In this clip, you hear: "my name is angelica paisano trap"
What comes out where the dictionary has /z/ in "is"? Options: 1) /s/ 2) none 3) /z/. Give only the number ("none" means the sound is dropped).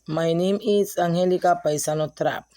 1